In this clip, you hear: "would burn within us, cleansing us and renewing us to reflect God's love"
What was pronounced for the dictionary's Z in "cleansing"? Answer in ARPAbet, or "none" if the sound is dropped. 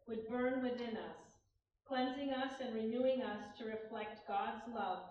Z